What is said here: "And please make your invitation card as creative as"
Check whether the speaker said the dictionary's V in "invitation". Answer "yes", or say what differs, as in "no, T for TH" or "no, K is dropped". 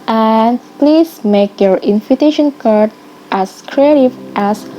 no, F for V